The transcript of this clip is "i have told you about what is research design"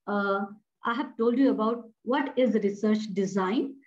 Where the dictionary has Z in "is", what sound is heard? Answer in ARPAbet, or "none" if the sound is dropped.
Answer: Z